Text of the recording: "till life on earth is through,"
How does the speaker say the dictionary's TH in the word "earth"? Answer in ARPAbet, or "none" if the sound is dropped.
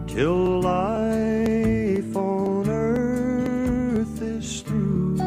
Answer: TH